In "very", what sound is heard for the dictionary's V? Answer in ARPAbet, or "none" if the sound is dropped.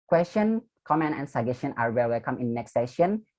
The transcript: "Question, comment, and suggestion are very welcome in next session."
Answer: W